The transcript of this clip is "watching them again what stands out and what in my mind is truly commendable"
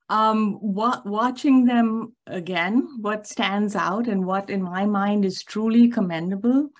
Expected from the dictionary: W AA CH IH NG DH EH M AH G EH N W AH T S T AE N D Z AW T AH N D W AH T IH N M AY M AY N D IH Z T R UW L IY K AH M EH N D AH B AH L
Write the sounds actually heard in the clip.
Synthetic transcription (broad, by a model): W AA CH IH NG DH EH M AH G EH N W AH T S T AE N D Z AW T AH N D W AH T IH N M AY M AY N D IH Z T R UW L IY K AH M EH N D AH B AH L